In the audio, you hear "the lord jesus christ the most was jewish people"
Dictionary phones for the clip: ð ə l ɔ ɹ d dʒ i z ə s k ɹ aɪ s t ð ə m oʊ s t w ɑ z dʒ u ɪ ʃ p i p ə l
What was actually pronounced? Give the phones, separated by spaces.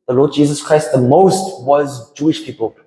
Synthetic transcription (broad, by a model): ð ə l ɔ d dʒ i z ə s k ɹ aɪ s t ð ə m oʊ s t w ɑ z dʒ u ɪ ʃ p i p ə l